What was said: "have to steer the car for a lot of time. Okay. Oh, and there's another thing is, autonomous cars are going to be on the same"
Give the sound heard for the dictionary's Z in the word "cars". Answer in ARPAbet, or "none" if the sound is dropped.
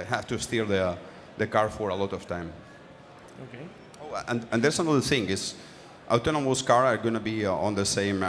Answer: none